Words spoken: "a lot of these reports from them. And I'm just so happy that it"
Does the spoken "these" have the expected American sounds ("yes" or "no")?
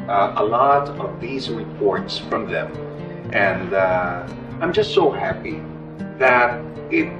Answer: yes